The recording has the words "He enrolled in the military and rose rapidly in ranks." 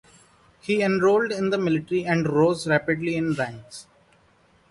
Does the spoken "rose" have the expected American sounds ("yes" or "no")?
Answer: yes